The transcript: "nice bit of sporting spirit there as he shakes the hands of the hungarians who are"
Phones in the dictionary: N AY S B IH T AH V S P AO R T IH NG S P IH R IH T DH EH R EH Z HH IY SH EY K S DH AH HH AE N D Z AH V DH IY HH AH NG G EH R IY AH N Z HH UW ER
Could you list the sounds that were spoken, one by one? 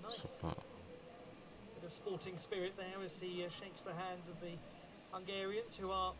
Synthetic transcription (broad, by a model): N AY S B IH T AH V S P AO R T IH NG S P IH R IH T DH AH R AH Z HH IY SH EY K S DH AH HH AE N D Z AH V DH IY HH AH NG G EH R IY AH N Z HH UW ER